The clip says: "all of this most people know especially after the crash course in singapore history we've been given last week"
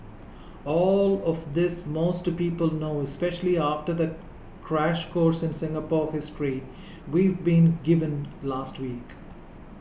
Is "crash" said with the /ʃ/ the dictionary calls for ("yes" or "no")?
yes